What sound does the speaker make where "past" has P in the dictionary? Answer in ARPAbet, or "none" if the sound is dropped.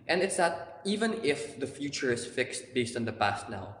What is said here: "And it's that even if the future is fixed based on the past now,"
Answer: P